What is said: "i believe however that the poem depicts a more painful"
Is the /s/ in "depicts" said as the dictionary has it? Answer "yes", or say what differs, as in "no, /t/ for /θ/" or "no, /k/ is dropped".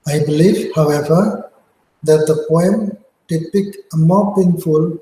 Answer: no, /s/ is dropped